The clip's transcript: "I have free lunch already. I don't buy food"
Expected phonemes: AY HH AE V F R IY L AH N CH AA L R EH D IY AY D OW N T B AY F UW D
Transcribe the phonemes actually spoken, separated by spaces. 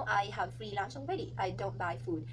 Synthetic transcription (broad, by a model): AY HH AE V F R IY L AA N S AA N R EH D IY AY D OW N T B AY F UW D